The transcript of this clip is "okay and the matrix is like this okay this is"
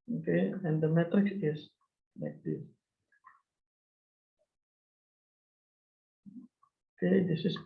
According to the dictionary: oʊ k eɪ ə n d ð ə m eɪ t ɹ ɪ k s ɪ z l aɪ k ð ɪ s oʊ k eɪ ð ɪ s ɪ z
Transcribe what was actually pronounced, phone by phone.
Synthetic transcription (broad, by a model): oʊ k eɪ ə n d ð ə m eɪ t ɪ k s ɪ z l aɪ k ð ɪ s oʊ k eɪ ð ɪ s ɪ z